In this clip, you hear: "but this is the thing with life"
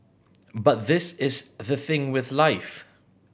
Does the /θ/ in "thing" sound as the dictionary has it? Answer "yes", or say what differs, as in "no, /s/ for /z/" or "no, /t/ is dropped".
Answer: yes